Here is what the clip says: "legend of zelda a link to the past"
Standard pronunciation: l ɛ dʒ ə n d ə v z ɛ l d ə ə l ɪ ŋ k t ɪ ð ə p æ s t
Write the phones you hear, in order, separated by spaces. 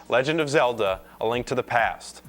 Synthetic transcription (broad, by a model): l ɛ dʒ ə n d ə v z ɛ l d ə ə l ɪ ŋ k t ɪ ð ə p æ s t